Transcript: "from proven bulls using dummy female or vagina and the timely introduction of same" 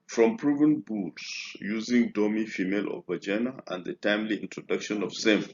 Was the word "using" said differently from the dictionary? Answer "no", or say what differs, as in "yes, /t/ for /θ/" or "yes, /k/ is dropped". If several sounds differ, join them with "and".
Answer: no